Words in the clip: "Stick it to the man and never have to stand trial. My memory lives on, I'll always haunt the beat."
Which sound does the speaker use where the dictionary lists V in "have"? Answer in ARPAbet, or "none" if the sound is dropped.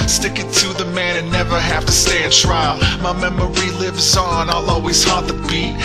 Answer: F